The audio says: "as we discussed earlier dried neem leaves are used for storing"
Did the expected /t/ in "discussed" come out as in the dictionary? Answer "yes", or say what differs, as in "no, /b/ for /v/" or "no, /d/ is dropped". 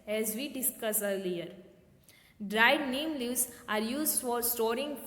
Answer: no, /t/ is dropped